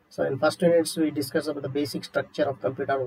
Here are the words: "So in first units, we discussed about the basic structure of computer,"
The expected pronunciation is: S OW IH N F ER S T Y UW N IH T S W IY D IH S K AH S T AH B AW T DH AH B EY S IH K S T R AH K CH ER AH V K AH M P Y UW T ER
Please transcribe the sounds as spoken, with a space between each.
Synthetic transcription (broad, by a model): S OW IH N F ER S T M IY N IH T S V IY D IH S K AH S AH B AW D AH B EY S IH K S T R AH K CH ER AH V K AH M P Y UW T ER